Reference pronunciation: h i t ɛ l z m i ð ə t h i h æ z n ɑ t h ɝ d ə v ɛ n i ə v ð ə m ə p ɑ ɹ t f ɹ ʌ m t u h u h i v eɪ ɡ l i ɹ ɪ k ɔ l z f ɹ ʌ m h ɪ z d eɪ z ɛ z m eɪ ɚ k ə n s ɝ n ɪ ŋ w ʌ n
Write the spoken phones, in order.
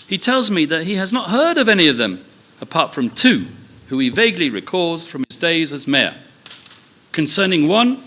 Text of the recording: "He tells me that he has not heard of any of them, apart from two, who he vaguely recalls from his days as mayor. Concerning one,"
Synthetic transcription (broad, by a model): h i t ɛ l z m i ð ə t h i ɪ z n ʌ t h ɝ d ə v ɛ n i ə v ð ə m ə p ɑ ɹ t f ɹ ʌ m t u h u i v eɪ ɡ l i ɹ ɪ k ɔ z f ɹ ʌ m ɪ z d eɪ z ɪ z m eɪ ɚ k ə n s ɝ n ɪ ŋ w ʌ n